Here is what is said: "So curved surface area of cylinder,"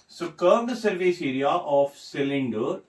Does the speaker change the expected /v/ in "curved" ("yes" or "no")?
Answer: yes